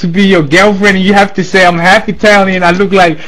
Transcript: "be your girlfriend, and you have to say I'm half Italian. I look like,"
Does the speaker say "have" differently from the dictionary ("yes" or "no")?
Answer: yes